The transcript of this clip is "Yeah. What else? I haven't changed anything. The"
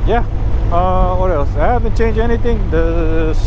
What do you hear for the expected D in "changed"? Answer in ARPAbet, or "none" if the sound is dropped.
none